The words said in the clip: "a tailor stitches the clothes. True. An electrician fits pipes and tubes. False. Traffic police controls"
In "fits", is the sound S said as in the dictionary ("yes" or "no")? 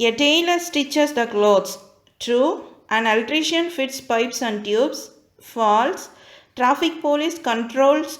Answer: yes